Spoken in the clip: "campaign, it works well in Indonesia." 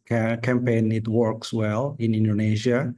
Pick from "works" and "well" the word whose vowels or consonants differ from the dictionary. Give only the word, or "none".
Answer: none